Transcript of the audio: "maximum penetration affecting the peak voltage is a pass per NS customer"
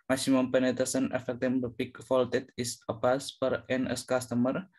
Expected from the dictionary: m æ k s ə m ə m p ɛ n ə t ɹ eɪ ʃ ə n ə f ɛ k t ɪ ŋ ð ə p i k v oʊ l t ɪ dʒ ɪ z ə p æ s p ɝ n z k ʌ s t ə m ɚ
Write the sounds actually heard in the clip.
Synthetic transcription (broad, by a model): m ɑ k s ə m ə m p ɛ n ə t eɪ s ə n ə f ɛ k t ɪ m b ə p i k f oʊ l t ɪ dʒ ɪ s ə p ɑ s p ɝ n s k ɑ s t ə m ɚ